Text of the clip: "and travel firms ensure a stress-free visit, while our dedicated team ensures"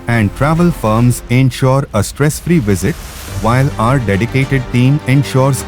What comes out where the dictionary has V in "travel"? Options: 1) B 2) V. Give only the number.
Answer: 2